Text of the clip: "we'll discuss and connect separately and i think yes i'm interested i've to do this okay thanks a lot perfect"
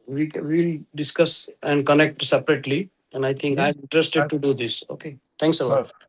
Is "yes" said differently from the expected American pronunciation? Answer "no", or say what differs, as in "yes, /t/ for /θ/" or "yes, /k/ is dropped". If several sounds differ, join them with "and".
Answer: yes, /s/ is dropped